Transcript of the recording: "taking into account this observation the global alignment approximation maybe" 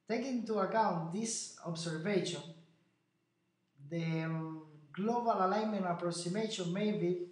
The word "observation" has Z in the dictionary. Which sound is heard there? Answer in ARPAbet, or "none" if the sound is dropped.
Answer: S